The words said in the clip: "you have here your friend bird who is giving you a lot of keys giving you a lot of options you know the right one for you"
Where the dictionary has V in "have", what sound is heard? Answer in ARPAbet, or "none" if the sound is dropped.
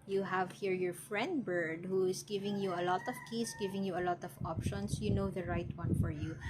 V